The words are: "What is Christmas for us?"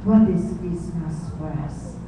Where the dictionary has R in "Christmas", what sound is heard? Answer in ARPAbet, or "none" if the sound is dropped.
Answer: none